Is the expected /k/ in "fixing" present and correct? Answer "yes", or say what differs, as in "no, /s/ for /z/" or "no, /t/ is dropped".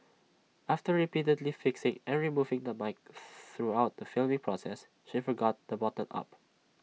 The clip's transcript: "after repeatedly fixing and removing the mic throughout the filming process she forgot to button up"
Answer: yes